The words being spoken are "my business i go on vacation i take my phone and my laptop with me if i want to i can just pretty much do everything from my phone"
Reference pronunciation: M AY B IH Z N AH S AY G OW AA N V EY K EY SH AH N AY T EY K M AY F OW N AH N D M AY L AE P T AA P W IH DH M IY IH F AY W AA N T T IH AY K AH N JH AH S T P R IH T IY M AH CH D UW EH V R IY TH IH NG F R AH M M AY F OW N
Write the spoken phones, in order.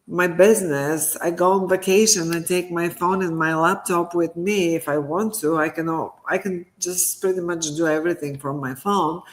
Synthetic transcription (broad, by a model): M AY B IH Z N AH S AY G OW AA N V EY K EY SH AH N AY T EY K M AY F OW N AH N M AY L AE P T AA P W IH DH M IY IH F AY W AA N T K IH AY K AH N JH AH S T P R IH T IY M AH CH D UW EH V R IY TH IH NG F R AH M M AY F OW N